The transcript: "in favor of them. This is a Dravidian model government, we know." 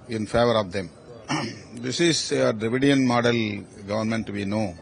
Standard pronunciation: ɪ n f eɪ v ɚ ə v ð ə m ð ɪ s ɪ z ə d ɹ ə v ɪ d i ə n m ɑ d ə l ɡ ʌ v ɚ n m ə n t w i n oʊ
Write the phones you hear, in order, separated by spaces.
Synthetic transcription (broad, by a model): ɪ n f eɪ v ɚ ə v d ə m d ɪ s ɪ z ə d ɹ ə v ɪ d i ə n m ɑ d ə l ɡ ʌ v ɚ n m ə n t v i n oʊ